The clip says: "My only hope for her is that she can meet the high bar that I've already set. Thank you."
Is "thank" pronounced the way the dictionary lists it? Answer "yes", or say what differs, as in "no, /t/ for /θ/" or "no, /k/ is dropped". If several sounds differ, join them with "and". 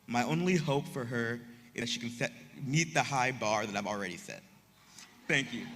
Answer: yes